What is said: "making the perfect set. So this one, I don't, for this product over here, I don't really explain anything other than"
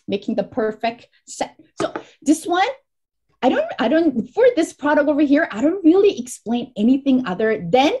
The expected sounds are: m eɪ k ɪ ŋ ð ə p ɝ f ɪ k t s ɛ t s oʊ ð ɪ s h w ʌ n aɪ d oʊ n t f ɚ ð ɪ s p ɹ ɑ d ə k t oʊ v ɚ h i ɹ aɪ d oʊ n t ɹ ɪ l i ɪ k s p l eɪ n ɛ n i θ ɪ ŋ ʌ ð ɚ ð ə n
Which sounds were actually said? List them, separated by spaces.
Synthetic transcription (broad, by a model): m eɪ k ɪ ŋ ð ə p ɝ f ɪ k t s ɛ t s oʊ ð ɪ s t w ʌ n aɪ d oʊ n t f ɚ ð ɪ s p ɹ ɑ d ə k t oʊ v ɚ h i ɹ aɪ d oʊ n t ɹ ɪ l i ɪ k s p l eɪ n ɛ n i θ ɪ ŋ ʌ ð ɚ ð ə n